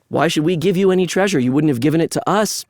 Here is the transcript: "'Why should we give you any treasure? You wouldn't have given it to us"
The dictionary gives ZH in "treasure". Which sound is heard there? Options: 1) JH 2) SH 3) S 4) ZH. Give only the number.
4